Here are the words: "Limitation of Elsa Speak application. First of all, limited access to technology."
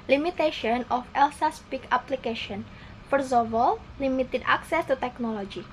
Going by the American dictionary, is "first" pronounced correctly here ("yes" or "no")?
no